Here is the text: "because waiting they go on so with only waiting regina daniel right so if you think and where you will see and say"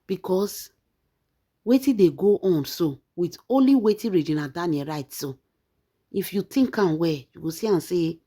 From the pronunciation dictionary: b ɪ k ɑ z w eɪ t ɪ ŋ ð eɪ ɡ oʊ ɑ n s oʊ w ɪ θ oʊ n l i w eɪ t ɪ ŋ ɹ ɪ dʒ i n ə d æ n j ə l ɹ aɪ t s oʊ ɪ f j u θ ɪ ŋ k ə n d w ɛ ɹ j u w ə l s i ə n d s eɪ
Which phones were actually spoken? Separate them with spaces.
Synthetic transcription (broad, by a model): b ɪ k ɑ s w eɪ t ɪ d eɪ ɡ oʊ ɑ n s oʊ w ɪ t oʊ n l i w eɪ t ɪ ɹ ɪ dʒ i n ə d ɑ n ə ɹ aɪ t s oʊ ɪ f j u t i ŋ k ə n w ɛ j u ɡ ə s i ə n s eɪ